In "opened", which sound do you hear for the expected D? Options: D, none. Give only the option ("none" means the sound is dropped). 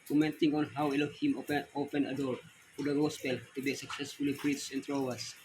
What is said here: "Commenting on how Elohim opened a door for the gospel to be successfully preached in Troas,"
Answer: none